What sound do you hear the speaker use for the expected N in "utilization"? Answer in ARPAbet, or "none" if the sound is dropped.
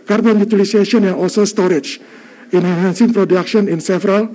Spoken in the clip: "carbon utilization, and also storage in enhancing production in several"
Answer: none